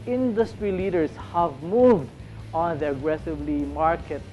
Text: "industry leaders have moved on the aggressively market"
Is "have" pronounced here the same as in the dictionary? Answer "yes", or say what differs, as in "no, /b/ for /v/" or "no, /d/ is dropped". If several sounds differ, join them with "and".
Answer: yes